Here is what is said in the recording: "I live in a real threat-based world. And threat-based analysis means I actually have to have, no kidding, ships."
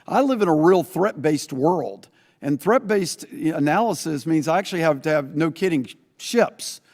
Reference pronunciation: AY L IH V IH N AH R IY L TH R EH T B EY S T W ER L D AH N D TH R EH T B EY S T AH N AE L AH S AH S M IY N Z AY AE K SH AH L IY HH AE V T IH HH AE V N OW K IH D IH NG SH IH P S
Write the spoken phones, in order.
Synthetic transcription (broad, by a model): AY L IH V IH N AH R IY L TH R EH T B EY S T W ER L D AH N TH R EH T B EY S T AH N AE L AH S AH S M IY N Z AY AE K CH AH L IY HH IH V T IH V N OW K IH D IH NG SH IH P S